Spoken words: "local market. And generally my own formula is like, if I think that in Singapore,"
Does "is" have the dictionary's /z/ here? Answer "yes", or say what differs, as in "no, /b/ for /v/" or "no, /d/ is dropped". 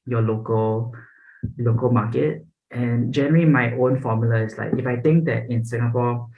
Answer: no, /s/ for /z/